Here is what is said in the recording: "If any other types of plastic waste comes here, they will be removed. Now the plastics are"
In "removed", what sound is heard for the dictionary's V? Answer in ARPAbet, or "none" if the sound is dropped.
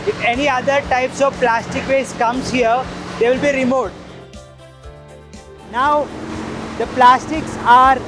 none